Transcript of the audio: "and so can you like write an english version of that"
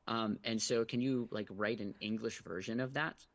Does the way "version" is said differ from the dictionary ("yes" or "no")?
no